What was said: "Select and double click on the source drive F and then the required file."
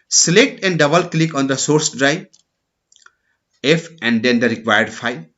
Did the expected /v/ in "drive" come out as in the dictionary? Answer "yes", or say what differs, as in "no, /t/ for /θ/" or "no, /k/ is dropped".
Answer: no, /v/ is dropped